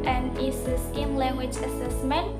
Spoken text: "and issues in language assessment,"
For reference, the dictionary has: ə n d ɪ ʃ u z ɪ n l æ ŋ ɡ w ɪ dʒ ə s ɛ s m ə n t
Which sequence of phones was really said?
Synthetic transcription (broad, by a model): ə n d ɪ s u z ɪ n l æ ŋ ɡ w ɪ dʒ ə s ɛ s m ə n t